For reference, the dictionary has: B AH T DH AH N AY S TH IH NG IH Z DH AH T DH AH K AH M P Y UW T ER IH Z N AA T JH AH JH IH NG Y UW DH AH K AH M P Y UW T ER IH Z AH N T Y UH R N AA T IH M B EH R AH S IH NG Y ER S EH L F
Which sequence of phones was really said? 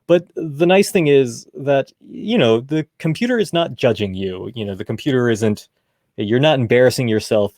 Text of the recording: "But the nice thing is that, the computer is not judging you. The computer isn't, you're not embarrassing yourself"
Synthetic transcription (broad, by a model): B AH T DH AH N AY S TH IH NG IH Z DH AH T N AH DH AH M P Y UW T ER IH Z N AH T JH AH JH IH NG Y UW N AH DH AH M P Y UW T ER IH Z AH N T Y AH R N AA T IH M B EH R AH S IH NG Y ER S EH L F